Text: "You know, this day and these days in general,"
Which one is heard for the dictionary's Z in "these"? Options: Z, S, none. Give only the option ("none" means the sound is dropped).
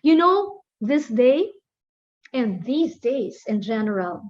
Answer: Z